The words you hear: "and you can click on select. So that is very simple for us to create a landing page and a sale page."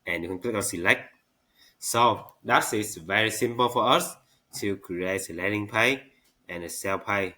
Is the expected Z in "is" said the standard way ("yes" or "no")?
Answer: no